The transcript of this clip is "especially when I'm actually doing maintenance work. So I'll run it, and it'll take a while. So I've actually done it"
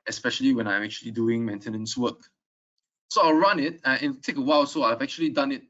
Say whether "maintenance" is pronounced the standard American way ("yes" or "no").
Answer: yes